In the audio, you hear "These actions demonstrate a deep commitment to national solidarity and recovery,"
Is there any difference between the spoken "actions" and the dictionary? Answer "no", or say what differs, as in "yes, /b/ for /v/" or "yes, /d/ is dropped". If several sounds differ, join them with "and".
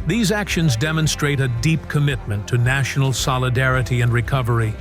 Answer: no